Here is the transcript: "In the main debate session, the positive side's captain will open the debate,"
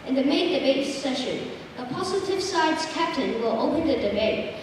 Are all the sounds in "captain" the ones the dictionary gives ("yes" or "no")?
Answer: yes